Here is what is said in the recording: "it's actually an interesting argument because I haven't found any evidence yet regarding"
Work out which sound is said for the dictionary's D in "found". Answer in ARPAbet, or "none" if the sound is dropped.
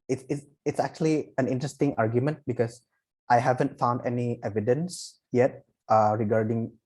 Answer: D